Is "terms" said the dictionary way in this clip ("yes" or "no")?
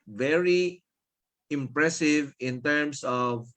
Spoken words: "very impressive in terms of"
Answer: no